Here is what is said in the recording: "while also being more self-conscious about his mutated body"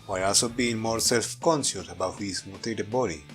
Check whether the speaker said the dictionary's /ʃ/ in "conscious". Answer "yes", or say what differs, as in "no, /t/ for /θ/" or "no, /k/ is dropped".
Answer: no, /s/ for /ʃ/